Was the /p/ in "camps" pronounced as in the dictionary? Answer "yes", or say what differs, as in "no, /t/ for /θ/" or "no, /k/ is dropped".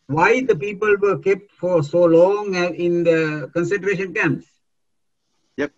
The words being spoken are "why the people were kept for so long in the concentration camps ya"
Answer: no, /p/ is dropped